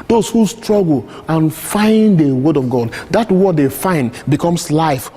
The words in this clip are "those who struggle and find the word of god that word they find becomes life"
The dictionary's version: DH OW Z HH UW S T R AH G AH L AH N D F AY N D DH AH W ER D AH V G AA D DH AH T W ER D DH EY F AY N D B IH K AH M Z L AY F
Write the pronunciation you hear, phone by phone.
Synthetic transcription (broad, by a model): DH OW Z HH UW S T R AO G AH L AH N F AY N D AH W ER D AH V G AA D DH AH T W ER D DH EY F AY N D B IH K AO M S L AY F